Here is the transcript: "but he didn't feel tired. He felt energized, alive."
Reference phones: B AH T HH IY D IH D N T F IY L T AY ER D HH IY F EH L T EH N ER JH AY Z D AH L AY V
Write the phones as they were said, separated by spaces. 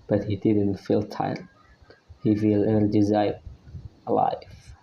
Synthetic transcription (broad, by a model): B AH T HH IY D IH D N T F IY L T AY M HH IY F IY L EH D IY Z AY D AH L AY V